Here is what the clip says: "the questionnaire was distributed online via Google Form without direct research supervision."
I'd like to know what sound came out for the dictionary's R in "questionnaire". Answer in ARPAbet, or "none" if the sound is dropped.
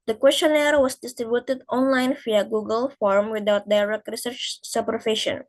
R